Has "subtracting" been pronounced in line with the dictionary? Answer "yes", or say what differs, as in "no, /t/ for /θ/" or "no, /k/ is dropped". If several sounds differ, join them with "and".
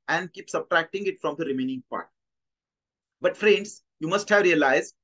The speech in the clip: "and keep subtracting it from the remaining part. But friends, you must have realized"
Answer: yes